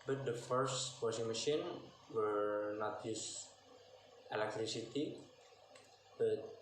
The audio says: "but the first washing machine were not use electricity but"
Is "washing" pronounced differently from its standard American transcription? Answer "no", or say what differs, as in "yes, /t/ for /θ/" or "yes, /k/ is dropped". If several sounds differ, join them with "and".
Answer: yes, /s/ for /ʃ/